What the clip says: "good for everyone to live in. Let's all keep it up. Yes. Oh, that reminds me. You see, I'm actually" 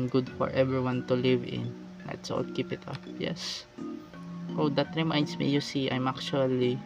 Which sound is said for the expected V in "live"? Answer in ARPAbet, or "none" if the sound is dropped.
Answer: V